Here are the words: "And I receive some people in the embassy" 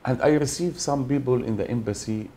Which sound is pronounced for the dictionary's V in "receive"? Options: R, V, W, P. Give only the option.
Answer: V